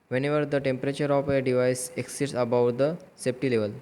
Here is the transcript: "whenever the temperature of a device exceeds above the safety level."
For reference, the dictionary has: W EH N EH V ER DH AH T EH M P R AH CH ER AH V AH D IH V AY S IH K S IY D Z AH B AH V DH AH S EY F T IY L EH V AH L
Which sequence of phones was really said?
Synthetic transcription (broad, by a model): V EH N EH V ER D AH T EH M P R AH CH ER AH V AH D IH V AY S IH K S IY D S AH B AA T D AH S EY P T IY L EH V AH L